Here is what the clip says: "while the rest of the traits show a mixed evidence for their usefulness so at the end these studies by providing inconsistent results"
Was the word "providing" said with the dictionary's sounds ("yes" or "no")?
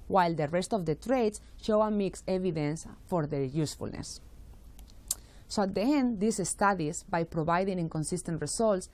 no